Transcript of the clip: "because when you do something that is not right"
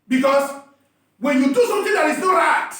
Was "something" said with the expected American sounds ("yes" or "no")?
no